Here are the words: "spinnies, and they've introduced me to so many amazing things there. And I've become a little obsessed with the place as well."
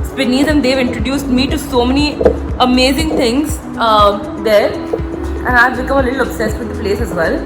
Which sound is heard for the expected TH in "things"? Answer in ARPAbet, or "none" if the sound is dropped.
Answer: T